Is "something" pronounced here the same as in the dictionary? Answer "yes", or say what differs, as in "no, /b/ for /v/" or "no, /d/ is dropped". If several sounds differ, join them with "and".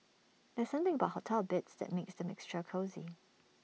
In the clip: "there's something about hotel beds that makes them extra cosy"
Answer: yes